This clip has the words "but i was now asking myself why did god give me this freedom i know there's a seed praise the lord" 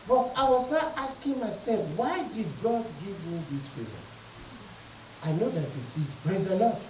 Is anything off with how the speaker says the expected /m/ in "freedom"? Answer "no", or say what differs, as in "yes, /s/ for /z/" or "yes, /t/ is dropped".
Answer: yes, /m/ is dropped